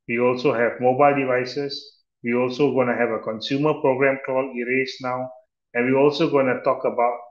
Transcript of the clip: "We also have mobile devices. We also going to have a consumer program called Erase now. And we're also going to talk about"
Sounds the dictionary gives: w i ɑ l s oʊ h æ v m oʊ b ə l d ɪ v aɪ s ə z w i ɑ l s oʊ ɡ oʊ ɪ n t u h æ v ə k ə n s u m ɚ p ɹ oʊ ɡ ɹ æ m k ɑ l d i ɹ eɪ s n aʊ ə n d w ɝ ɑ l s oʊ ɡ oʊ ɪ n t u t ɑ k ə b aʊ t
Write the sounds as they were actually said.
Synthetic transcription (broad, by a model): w i ɑ l s oʊ h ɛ v m oʊ b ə l d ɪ v aɪ s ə s w i ɑ l s oʊ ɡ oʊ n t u h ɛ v ə k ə n s u m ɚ p ɹ oʊ ɡ ɹ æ m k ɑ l i ɹ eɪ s n aʊ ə n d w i ɑ l s oʊ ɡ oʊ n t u t ɑ k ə b aʊ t